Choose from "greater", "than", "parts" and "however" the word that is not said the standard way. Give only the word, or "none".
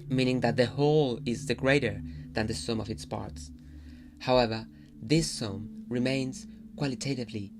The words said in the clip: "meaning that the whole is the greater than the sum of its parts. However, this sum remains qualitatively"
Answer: none